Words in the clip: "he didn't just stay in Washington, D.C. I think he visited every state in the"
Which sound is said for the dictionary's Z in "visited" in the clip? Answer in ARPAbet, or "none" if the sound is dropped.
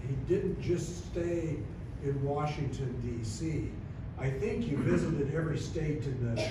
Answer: Z